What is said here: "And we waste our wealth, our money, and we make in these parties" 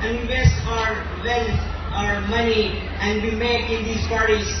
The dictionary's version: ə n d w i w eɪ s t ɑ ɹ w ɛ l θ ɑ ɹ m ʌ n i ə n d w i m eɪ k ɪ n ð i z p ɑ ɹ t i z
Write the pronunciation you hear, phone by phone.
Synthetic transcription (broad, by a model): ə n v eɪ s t ɑ ɹ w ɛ l f ɑ ɹ m ʌ n i ə n d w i m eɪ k ɪ n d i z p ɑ ɹ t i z